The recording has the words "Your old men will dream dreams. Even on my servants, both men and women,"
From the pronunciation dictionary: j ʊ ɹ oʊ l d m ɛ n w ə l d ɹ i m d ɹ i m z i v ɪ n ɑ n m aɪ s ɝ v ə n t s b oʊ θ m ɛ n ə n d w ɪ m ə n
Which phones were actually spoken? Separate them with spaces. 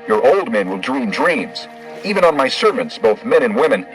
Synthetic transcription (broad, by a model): j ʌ ɹ oʊ l d m ɛ n w ə l d ɹ i m d ɹ i m z i v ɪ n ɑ n m aɪ s ɝ v ə n t s b oʊ θ m ɛ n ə n w ɪ m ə n